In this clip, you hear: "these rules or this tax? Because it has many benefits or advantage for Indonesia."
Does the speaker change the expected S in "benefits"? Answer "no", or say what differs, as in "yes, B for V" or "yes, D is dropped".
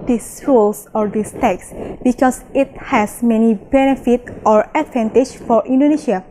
yes, S is dropped